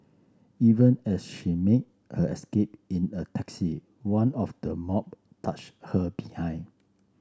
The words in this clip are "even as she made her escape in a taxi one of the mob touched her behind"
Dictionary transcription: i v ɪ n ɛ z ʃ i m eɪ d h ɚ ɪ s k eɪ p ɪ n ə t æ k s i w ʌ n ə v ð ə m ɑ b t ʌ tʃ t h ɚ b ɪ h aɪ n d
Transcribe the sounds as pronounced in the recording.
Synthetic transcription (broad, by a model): i v ɪ n ɛ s ʃ i m eɪ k h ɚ ɪ s k eɪ p ɪ n ə t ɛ k s i w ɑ n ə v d ə m ɑ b t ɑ tʃ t h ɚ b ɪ h aɪ n